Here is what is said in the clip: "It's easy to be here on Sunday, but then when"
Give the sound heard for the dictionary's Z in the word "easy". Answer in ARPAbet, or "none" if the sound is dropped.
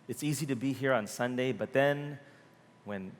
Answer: Z